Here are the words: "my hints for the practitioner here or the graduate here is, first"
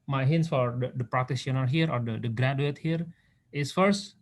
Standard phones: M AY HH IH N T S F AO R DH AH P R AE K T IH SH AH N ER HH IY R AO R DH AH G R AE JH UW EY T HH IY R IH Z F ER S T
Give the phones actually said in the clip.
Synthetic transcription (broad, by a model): M AY HH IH N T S F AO R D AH P R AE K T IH S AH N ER HH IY R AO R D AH G R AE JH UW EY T HH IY R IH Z F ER S T